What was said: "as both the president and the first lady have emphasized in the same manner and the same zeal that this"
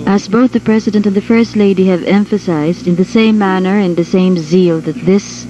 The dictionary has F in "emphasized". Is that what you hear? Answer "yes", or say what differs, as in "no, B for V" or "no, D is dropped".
yes